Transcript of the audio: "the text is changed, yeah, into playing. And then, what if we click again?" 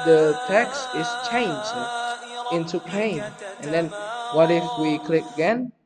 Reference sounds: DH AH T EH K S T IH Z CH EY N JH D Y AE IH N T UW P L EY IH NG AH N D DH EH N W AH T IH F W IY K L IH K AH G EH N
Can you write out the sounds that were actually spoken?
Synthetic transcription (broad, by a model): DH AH T EH K S T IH S CH EY N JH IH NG IH N T UW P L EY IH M AH N D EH N W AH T IH F W IY K L IH K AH G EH N